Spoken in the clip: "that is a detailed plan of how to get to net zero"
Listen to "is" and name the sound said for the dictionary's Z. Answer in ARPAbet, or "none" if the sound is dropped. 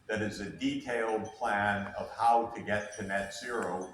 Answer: Z